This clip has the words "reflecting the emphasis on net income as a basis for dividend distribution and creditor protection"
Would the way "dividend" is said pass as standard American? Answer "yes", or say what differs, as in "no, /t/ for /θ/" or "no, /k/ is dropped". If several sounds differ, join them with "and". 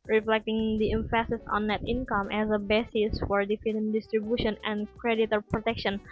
no, /f/ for /v/